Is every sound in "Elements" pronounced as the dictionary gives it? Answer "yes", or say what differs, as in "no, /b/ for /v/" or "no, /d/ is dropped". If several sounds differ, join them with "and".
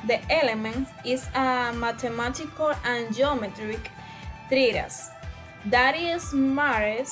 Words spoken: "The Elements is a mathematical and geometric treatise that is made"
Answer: no, /s/ is dropped